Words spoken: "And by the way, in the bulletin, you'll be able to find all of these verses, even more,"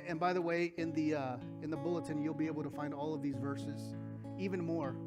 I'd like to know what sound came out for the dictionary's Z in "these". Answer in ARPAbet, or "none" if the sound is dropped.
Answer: Z